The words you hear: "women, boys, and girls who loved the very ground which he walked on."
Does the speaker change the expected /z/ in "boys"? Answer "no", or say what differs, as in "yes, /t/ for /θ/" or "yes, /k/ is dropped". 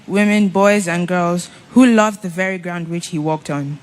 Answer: no